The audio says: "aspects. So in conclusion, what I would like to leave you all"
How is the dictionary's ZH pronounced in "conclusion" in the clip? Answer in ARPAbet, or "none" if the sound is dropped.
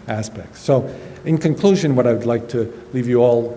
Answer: ZH